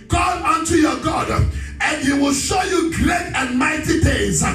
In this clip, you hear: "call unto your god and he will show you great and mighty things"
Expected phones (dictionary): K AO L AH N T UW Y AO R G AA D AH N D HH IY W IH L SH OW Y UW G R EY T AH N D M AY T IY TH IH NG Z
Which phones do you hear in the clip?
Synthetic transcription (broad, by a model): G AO AH N T UW Y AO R G AA D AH N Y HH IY W IH L SH OW Y UW G R EY T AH N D M AY T IY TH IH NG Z